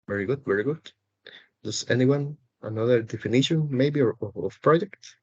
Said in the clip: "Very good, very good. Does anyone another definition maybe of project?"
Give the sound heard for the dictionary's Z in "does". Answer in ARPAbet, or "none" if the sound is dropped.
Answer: S